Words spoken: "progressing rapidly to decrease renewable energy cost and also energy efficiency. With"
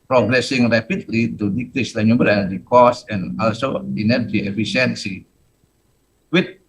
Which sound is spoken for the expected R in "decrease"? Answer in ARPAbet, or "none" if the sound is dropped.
L